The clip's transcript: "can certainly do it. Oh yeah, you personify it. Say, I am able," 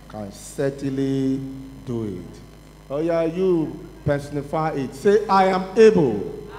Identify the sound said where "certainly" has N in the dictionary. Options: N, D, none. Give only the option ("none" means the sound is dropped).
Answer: none